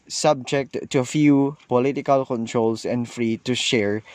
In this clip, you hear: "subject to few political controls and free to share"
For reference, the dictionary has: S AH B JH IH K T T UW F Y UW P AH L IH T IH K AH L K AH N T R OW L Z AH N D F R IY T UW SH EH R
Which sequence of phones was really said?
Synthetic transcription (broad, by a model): S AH B JH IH K T T UW F Y UW P AH L IH T IH K AH L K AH N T R OW L S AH N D F R IY T UW SH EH R